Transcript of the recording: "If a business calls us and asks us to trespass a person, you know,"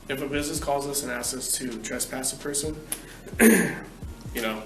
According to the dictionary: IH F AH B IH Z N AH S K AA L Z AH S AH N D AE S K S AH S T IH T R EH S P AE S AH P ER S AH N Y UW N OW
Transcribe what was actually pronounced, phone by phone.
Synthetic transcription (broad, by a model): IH F AH B IH Z N AH S K AA L Z AH S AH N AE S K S AH S T IH T R EH S P AE S AH P ER S AH N Y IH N OW